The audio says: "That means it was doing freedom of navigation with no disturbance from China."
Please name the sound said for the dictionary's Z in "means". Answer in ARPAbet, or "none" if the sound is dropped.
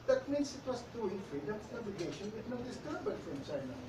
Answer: S